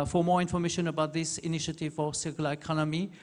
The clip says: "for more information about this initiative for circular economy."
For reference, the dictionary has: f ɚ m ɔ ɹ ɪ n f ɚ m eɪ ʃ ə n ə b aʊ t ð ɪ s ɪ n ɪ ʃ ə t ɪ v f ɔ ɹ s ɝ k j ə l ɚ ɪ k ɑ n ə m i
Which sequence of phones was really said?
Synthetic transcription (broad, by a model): f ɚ m ɔ ɹ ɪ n f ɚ m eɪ ʃ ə n ə b aʊ t ð ɪ s ɪ n ɪ ʃ ə t ɪ v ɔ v s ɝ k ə l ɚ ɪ k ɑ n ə m i